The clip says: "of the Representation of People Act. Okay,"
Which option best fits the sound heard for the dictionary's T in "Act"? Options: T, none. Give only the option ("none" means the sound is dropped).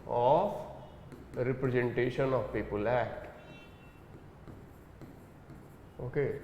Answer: none